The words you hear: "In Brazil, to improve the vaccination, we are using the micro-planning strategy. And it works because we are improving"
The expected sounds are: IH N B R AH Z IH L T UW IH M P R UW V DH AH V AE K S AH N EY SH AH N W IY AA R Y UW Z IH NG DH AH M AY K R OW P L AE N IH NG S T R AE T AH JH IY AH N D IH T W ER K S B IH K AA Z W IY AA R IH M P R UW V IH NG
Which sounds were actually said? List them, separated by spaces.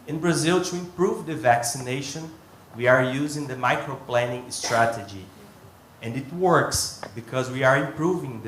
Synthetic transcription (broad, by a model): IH N B R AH Z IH L T UW IH M P R UW V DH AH V AE K S AH N EY SH AH N W IY AA R Y UW Z IH NG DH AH M AY K R OW P L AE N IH NG S T R AE T AH JH IY AH N D IH T W ER K S B IH K AA Z W IY AA R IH M P R UW V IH NG